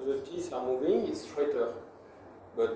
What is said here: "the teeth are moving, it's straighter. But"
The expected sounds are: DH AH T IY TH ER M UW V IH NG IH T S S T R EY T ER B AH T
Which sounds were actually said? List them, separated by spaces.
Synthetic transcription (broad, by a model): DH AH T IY S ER M UW V IH NG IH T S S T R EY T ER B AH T